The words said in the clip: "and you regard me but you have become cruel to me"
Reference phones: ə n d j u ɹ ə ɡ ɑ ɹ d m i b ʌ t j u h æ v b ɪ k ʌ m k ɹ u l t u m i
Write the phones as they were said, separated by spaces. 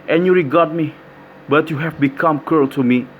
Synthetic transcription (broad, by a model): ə n j u ɹ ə ɡ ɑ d m i b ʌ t j u h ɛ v b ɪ k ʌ m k u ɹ t u m i